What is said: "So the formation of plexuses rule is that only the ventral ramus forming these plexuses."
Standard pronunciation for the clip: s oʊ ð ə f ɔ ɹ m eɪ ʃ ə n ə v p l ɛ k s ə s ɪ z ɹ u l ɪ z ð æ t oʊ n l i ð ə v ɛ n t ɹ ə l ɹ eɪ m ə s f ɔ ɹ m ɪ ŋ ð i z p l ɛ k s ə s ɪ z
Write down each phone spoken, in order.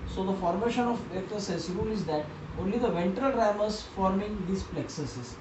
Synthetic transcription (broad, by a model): s oʊ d ə f ɔ ɹ m eɪ ʃ ə n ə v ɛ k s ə s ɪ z ɹ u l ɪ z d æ t oʊ n l i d ə v ɛ n t ɹ ə l ɹ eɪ m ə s f ɔ ɹ m ɪ ŋ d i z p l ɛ k s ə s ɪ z